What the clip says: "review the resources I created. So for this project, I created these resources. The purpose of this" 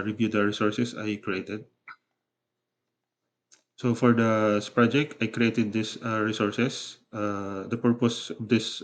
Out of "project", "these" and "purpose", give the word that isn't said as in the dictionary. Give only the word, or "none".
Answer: these